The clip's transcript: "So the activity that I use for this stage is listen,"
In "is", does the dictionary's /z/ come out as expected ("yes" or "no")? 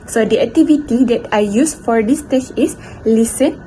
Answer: no